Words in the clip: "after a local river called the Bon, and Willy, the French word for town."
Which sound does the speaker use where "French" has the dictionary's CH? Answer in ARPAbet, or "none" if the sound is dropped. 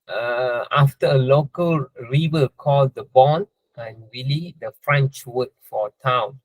CH